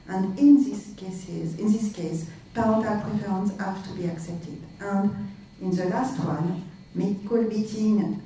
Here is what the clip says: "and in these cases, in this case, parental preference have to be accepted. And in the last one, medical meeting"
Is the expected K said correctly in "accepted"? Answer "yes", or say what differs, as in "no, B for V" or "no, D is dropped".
yes